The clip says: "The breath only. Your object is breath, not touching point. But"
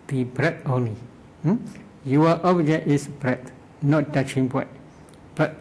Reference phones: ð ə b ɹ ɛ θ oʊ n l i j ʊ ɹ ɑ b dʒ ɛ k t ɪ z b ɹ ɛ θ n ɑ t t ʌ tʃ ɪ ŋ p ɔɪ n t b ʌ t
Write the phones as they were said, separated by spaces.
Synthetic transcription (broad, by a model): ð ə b ɹ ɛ t oʊ n l i j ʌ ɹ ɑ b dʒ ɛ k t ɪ s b ɹ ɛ t n ɑ t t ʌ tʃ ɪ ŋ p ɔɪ t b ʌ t